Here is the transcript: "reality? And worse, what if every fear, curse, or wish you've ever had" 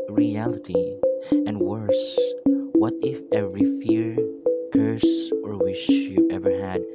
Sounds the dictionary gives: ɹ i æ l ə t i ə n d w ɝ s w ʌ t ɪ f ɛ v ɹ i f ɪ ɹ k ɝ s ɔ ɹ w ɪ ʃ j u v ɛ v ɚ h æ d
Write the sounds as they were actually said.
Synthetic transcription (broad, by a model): ɹ i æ l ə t i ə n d w ɝ s w ʌ t ɪ f ɛ v ɹ i f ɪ ɹ k ɝ s ɔ ɹ w ɪ ʃ j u ɛ v ɚ h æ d